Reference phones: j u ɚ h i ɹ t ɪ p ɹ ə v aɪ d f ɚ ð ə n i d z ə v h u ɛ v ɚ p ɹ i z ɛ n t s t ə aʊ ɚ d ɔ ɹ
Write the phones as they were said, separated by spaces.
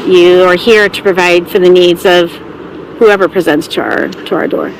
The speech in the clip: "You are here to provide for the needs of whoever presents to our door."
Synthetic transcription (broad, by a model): j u ɚ h i ɹ t ɪ p ɹ ə v aɪ d f ɚ ð ə n i d z ə v h u ɛ v ɚ p ɹ i z ɛ n t s t ə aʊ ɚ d ɔ ɹ